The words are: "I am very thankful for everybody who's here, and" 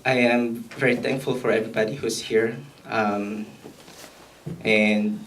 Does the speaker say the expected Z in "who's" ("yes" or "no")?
no